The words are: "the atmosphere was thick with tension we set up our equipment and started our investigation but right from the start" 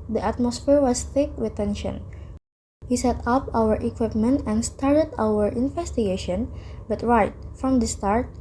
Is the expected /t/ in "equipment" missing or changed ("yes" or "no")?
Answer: no